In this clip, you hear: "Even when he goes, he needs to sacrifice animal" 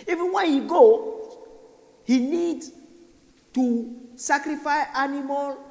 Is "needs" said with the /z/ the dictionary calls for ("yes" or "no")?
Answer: no